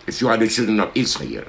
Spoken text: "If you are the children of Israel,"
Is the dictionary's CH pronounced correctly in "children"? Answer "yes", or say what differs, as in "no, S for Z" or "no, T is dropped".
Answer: yes